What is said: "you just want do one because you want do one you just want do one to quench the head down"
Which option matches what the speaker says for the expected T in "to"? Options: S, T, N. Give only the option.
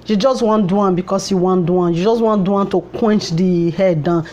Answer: T